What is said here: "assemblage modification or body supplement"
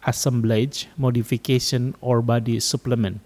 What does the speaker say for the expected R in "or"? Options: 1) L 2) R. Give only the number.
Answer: 2